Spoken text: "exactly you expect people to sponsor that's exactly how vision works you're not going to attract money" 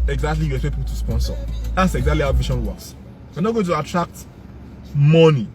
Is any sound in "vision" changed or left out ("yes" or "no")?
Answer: yes